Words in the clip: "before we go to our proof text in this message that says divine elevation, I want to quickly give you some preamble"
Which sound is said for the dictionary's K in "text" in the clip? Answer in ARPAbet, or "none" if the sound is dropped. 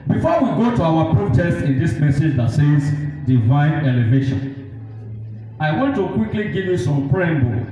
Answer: none